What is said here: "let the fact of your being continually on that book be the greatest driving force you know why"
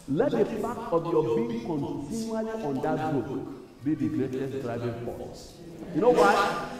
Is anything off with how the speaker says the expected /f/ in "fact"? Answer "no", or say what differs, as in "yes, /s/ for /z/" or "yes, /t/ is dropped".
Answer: yes, /p/ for /f/